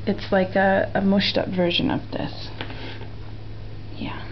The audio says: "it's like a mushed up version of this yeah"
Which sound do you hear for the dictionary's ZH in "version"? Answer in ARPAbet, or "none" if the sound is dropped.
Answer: ZH